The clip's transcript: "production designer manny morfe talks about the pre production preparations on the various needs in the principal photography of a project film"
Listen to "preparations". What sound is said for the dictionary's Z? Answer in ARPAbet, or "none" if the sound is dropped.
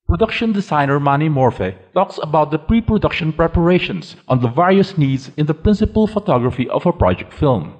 S